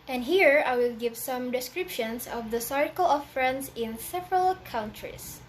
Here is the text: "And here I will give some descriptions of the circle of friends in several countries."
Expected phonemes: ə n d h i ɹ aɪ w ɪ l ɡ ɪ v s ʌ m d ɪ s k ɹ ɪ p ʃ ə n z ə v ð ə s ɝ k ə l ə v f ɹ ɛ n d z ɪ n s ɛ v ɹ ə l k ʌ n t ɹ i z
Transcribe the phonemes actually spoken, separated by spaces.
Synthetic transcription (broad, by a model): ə n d h i ɹ aɪ w ɪ l ɡ ɪ v s ʌ m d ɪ s k ɹ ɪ p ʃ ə n s ə v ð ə s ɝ k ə l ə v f ɹ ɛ n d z ɪ n s ɛ v ɹ ə l k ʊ n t ɹ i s